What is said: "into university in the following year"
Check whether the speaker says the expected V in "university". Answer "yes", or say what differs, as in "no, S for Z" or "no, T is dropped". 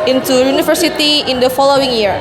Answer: no, F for V